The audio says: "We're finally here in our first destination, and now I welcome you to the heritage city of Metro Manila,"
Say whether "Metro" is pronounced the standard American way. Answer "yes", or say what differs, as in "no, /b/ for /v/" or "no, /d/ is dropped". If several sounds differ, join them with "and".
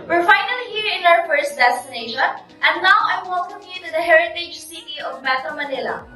no, /ɹ/ is dropped